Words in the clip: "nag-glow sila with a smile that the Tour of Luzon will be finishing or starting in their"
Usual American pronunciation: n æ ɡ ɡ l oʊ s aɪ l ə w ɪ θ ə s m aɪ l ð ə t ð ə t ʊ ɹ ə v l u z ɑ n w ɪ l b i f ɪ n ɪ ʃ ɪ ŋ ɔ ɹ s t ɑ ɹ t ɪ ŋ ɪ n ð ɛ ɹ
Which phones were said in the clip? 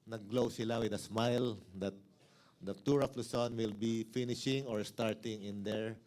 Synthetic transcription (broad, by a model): n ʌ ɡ ɡ l oʊ s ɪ l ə w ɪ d ə s m aɪ l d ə t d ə t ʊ ɹ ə f l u s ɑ n w ɪ l b i f ɪ n ɪ ʃ ɪ ŋ ɔ ɹ s t ɑ ɹ t ɪ ŋ ɪ n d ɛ ɹ